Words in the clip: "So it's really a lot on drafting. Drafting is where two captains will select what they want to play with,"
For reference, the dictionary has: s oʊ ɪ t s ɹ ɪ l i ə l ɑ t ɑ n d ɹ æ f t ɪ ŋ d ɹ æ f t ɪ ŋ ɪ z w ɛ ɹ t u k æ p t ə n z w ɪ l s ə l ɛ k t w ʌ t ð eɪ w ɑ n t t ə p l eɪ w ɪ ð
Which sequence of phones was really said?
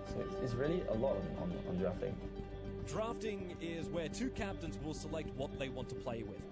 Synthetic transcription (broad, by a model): s oʊ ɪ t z ɹ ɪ l i ə l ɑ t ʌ n d ɹ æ f t ɪ ŋ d ɹ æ f t ɪ ŋ ɪ z w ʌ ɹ t u k æ p t ə n z w ɪ l s ə l ɛ k t w ʌ t ð eɪ w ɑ n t t ə p l eɪ w ɪ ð